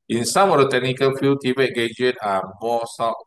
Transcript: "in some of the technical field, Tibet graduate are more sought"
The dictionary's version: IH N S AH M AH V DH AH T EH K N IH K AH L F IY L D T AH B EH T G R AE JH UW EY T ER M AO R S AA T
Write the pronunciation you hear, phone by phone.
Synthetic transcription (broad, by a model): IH N S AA M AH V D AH T EH K N IH K AH L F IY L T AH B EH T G EH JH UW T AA M AO S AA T